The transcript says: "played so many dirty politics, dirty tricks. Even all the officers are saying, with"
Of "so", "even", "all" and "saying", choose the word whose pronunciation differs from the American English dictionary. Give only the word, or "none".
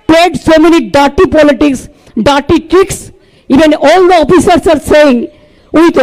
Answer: none